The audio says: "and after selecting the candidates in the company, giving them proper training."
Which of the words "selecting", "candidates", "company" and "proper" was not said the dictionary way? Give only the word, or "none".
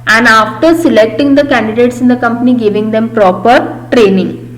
none